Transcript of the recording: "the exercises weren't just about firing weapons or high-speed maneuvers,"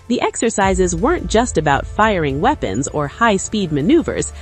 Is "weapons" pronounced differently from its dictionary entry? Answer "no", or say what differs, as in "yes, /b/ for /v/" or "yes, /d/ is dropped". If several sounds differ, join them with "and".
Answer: no